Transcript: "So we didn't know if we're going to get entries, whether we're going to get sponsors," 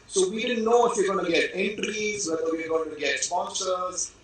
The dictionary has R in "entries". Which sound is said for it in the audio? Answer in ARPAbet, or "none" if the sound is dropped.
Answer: R